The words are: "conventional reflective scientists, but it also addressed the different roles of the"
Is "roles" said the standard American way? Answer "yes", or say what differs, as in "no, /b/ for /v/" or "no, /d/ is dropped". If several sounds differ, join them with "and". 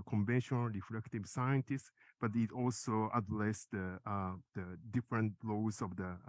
no, /l/ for /ɹ/ and /l/ is dropped